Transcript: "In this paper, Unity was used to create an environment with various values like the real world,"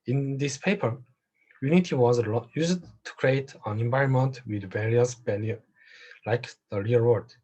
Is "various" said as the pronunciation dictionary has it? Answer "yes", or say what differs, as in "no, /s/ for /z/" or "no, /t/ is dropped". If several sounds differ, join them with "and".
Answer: yes